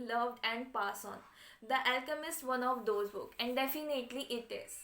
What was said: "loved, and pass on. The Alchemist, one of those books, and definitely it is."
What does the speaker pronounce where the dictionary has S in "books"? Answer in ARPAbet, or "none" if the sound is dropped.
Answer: none